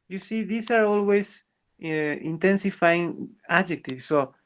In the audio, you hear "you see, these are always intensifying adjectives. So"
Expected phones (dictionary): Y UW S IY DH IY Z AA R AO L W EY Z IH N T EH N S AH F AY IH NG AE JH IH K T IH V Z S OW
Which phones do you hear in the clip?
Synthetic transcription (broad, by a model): Y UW S IY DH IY S AA R AO L W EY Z IH N T EH N S AH F AY IH NG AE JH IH K T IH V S OW